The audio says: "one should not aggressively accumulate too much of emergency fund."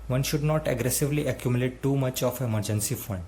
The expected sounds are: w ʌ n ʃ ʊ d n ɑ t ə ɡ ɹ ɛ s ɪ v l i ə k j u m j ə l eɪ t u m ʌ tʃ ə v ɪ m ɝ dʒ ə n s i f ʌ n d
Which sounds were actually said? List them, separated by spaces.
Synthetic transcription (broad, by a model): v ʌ n ʃ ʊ d n ɑ t ə ɡ ɹ ɛ s ɪ v l i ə k j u m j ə l eɪ t u m ʌ tʃ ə f ɪ m ɝ dʒ ə n s i f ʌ n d